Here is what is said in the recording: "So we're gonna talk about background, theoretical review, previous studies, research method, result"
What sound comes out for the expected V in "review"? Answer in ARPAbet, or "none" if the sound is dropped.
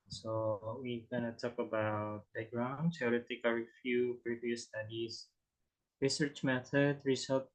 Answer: F